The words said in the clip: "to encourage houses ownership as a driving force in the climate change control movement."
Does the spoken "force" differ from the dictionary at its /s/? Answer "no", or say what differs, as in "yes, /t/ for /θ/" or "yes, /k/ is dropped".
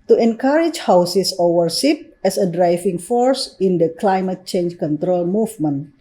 no